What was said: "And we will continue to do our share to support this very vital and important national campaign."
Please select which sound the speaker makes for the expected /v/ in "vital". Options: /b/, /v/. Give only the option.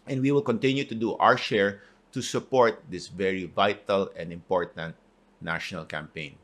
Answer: /v/